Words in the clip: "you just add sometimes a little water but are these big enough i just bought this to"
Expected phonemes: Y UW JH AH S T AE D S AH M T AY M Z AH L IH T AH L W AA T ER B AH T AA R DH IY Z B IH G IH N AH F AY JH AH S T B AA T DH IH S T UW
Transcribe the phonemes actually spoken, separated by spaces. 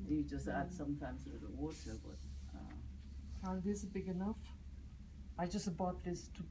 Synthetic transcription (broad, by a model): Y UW JH AH S T AE D S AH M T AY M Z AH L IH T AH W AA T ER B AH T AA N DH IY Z B IH G IH N AH F AY JH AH S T B AA T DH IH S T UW